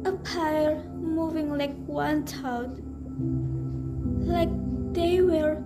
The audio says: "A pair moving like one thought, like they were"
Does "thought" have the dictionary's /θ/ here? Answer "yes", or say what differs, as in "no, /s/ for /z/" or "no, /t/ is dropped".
no, /t/ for /θ/